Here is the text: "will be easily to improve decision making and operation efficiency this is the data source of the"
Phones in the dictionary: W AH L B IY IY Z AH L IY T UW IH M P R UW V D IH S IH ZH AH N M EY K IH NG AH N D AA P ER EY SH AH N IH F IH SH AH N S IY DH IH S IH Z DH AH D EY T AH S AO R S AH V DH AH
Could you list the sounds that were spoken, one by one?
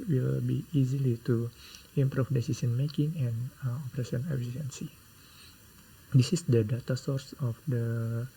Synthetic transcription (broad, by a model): W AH L B IY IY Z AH L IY T UW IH M P R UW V D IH S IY S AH N M EY K IH NG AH N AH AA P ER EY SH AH N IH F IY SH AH N S IY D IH S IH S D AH D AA T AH S AO R S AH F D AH